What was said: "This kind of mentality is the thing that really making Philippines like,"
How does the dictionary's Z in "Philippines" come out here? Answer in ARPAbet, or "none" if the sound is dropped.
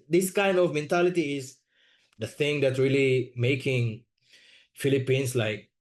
S